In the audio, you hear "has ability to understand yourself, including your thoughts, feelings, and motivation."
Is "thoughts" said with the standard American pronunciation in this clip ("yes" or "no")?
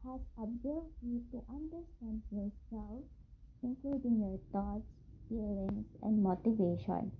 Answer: no